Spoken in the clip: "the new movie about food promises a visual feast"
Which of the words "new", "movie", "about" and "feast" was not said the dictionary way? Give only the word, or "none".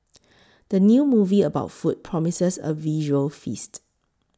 none